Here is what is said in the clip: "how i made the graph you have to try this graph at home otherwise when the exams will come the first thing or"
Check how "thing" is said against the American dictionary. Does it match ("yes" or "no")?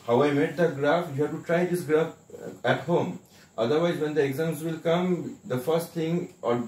no